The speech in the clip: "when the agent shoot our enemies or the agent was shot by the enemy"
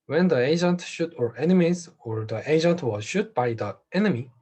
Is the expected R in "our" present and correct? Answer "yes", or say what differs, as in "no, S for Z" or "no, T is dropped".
yes